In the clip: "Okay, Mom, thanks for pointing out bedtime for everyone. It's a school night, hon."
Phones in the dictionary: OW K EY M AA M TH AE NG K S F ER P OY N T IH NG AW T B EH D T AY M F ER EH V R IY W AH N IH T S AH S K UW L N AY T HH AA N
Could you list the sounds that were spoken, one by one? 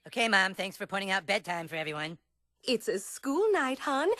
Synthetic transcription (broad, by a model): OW K EY M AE M TH AE NG K S F ER P OY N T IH NG AW T B EH D T AY M F ER EH V R IY W AH N IH T S AH S K UW L N AY T HH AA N